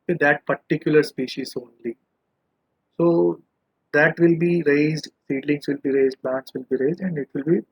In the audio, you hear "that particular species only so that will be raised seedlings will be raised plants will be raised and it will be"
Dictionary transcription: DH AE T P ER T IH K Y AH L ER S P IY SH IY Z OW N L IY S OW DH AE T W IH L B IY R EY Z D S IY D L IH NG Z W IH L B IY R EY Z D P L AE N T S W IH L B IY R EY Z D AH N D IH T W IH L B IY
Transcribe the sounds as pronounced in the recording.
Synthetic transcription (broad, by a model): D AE T P ER T IH K Y AH L ER S P IY SH IY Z OW N L IY S OW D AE T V IH L B IY R EY Z D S IY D L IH NG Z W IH L B IY R EY Z D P L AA N T S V IH L B IY R EY Z D AH N D IH T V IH L B IY